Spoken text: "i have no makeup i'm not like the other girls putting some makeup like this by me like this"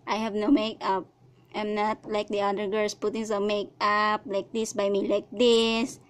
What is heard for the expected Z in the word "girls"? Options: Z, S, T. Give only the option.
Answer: S